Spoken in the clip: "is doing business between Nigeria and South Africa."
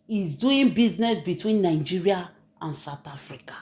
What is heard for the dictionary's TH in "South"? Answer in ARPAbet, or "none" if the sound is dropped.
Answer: T